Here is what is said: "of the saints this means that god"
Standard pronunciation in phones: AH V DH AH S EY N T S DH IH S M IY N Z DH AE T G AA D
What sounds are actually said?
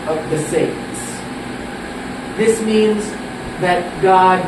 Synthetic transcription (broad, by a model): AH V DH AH S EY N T S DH IH S M IY N Z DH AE T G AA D